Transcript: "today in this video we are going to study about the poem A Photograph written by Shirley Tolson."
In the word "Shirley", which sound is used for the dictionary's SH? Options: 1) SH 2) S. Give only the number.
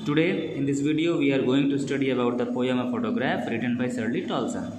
2